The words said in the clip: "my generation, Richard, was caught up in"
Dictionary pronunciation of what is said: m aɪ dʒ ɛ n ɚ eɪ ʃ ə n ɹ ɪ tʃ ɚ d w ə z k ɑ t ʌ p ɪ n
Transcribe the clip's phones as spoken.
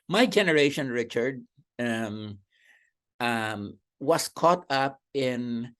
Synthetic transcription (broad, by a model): m aɪ dʒ ɛ n ɚ eɪ ʃ ə n ɹ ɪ tʃ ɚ d w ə s k ɑ t ʌ p ɪ n